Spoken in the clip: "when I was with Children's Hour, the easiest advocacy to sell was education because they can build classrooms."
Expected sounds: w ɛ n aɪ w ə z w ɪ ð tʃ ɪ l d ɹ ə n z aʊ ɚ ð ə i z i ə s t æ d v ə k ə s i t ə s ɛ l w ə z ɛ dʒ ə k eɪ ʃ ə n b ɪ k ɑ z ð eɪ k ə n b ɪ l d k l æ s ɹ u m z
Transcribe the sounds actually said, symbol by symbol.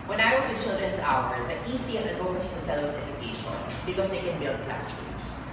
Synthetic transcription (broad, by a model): w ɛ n aɪ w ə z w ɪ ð tʃ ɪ l d ɹ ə n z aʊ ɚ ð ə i s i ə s ɛ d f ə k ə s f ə s ɛ l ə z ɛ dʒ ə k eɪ ʃ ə n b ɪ k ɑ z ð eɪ k ə n b ɪ l d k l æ s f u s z